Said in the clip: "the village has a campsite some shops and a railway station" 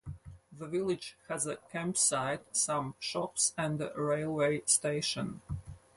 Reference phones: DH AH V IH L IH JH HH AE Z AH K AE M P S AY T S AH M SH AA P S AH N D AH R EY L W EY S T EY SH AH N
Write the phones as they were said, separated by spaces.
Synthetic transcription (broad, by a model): DH AH V IH L IH JH HH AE Z AH K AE M P S AY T S AH M SH AA P S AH N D AH R EY L W EY S T EY SH AH N